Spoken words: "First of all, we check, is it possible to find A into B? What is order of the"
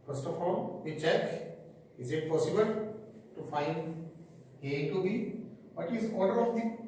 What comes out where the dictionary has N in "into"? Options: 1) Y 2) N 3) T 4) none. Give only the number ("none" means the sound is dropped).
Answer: 4